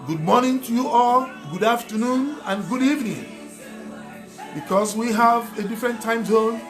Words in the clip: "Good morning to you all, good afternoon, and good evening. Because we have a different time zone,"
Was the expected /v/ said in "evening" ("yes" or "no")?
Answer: yes